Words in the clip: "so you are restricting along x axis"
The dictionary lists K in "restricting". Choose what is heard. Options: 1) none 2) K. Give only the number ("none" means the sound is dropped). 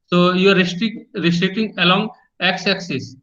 1